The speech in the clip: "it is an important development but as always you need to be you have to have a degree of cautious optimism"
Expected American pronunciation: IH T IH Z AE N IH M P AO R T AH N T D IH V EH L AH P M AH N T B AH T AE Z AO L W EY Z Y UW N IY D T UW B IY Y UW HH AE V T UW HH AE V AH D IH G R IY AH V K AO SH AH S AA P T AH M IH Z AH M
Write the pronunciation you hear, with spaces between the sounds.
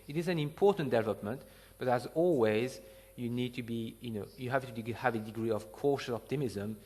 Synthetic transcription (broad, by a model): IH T IH Z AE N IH M P AO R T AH N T D IH V EH L AH P M AH N T B AH T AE Z AO L W EY Z Y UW N IY D T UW B IY Y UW HH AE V T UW HH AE V AH D IH G R IY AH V K AO SH AH S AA P T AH M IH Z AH M